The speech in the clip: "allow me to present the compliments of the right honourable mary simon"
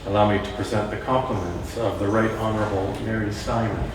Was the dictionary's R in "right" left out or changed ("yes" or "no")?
no